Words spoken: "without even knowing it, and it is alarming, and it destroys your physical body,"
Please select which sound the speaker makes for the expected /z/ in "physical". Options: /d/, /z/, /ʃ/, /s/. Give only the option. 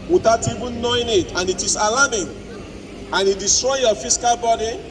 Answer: /s/